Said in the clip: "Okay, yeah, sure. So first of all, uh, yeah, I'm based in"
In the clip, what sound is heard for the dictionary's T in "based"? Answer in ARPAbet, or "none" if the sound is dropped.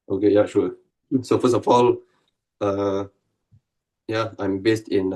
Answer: T